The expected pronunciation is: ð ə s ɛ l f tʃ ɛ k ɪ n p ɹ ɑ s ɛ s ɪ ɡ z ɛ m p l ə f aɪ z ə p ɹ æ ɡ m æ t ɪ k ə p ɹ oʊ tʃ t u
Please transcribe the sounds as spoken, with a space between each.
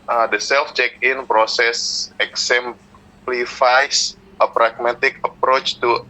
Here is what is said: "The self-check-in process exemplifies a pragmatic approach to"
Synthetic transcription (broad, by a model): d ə s ɛ l f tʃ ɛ k ɪ n p ɹ ɑ s ɛ s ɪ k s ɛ m p l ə f aɪ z ə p ɹ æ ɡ m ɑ t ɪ k ə p ɹ oʊ tʃ t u